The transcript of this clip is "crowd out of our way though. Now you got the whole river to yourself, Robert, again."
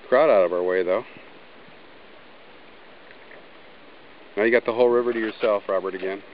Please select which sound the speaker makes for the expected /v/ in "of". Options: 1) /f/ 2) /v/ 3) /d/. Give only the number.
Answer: 2